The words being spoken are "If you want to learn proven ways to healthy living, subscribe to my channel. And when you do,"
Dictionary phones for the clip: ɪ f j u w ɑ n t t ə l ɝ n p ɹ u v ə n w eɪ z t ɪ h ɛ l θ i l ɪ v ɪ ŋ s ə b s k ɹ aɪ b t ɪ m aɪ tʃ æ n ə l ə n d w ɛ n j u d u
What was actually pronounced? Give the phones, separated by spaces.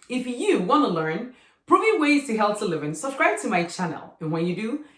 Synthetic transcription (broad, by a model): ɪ f j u w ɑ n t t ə l ɝ n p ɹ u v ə w eɪ z t ɪ h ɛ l t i l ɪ v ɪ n s ə b s k ɹ aɪ b t ɪ m aɪ tʃ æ n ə l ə n w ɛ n j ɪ d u